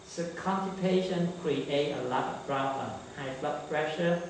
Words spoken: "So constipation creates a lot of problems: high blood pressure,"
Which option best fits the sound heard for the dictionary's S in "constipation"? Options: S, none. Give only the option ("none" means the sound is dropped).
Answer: none